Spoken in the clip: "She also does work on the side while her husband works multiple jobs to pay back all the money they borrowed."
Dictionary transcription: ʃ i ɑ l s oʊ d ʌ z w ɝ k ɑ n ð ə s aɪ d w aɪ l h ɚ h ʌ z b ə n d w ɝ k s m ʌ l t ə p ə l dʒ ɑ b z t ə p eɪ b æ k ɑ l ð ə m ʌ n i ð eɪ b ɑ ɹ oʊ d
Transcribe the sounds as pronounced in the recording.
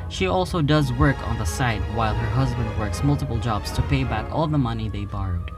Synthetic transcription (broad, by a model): ʃ i ɑ l s oʊ d ʌ z w ɝ k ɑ n ð ə s aɪ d w aɪ l h ɚ h ʌ z b ə n d w ɝ k s m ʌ l t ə p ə l dʒ ɑ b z t ə p eɪ b æ k ɑ l ð ə m ʌ n i ð eɪ b ɑ ɹ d